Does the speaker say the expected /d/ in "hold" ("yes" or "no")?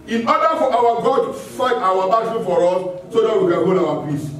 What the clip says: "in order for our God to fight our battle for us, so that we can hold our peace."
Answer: no